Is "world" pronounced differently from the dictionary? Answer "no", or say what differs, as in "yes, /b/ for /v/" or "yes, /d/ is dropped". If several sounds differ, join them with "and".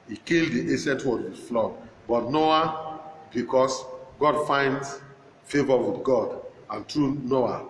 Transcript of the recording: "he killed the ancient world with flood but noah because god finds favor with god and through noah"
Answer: yes, /l/ is dropped